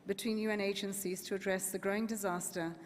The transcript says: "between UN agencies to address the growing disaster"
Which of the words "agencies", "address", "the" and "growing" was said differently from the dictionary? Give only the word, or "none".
none